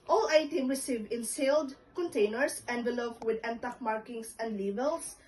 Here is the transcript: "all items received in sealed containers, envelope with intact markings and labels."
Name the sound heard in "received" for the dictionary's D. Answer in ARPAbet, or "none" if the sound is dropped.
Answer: none